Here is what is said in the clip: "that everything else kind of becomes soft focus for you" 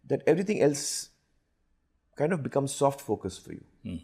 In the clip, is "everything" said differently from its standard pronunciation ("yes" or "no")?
yes